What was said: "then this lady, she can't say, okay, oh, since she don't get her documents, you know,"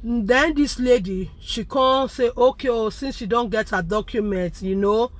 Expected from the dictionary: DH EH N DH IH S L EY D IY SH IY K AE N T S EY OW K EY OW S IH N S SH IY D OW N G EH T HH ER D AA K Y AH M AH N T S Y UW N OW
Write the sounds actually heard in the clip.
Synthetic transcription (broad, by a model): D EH N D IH S L EY D IY SH IY K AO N S EY OW K EY OW S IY N S SH IY D OW N G EH T HH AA D AA K Y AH M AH N T Y UW N OW